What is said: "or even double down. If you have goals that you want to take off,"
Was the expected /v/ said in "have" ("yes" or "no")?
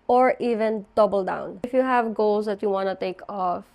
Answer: yes